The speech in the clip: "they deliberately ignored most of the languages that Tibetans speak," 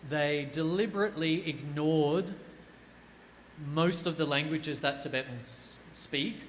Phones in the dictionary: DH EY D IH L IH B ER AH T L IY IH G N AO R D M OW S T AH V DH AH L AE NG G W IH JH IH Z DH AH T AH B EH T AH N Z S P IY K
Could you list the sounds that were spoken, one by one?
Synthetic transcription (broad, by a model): DH EY D IH L IH B ER AH T L IY IH G N AO R D M OW S T AH V DH AH L AE NG G W IH JH IH Z DH AH T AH B EH T N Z S P IY K